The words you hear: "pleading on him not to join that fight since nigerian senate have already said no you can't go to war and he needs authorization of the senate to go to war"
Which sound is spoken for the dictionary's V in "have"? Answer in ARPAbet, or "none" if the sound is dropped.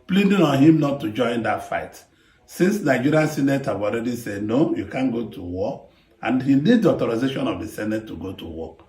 W